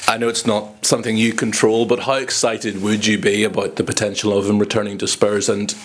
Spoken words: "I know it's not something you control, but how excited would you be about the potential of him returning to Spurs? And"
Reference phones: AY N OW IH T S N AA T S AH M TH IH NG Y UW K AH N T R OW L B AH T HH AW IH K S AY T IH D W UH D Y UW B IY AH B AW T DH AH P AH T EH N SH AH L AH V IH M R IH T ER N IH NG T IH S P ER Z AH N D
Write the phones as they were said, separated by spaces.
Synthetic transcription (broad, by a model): AY N OW IH T S N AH T S AH M TH IH NG Y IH K AH N T R OW L B AH T HH AW IH K S AY T IH D W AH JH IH B IY AH B AW T DH AH P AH T EH N SH L AH V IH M R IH T ER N IH NG T IH S P ER Z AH N